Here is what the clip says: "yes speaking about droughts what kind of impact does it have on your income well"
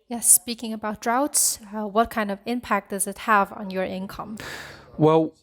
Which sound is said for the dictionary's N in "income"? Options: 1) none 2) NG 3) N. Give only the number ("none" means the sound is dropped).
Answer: 3